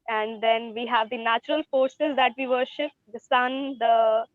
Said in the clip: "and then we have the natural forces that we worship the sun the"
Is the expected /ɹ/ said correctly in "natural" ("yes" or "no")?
yes